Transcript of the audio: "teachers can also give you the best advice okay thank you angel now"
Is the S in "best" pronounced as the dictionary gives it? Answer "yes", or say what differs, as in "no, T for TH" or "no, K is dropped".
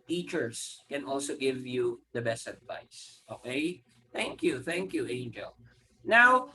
yes